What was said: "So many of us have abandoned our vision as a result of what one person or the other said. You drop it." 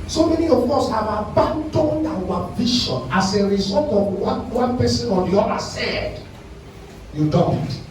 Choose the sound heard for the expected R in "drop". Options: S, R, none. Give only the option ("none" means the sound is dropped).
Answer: none